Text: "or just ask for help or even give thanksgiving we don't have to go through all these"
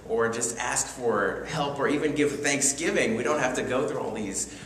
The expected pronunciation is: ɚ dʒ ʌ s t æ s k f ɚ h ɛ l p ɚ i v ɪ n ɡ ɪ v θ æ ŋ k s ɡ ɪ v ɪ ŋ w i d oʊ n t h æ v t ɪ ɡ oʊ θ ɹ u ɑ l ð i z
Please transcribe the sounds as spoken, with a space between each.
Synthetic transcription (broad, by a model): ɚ dʒ ʌ s t æ s k f ɚ h ɛ l p ɚ i v ɪ n ɡ ɪ v θ æ ŋ k s ɡ ɪ v ɪ ŋ w i d oʊ n t h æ f t ɪ ɡ oʊ θ ɹ u ɑ l ð i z